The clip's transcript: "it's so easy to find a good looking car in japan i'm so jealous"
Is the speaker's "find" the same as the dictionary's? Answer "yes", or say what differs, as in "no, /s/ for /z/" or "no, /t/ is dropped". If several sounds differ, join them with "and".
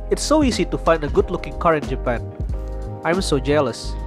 yes